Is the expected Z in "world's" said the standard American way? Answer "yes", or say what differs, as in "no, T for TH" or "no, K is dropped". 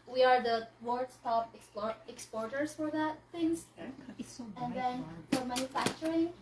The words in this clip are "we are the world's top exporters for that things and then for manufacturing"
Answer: no, S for Z